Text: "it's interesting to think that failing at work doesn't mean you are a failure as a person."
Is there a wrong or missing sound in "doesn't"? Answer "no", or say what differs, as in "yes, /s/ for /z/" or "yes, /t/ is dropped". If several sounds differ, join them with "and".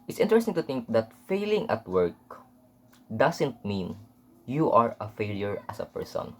yes, /s/ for /z/